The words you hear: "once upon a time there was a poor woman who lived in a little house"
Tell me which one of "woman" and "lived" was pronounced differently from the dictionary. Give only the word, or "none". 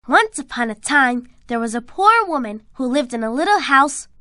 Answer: none